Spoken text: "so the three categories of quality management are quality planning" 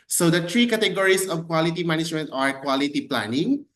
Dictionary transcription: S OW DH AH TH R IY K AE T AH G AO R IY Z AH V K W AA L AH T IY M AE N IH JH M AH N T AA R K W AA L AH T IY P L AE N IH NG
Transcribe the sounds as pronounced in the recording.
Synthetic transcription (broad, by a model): S OW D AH T R IY K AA T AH G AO R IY S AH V K W AA L AH T IY M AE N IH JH M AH N T AA R K W AA L AH T IY P L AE N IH NG